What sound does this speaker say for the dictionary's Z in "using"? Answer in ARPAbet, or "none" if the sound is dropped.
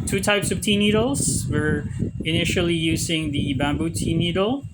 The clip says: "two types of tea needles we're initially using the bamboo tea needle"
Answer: Z